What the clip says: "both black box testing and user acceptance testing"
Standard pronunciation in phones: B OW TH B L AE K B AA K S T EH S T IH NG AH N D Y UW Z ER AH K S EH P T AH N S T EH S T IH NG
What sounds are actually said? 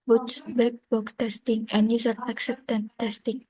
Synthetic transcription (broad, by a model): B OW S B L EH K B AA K T EH S T IH NG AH N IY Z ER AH K S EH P T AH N T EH S T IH NG